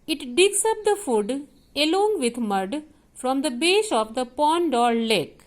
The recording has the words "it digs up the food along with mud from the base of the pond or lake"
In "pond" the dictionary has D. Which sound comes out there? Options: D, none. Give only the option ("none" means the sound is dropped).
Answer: D